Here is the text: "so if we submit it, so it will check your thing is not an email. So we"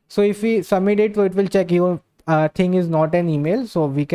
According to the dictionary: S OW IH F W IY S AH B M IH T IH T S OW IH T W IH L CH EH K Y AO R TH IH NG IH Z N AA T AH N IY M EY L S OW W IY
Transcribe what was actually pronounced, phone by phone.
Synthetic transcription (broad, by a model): S OW IH F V IY S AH M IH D IH T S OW IH T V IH L CH EH K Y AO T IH NG IH Z N AA T AH N IY M EY L S OW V IY